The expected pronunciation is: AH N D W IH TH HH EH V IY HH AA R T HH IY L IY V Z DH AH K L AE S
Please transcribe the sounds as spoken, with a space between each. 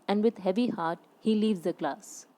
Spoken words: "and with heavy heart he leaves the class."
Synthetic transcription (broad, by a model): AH N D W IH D HH EH V IY HH AA R T HH IY L IY V Z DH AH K L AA S